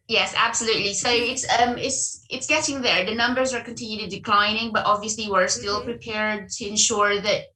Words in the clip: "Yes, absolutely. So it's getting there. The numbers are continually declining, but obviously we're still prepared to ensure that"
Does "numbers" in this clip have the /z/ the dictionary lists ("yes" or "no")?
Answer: yes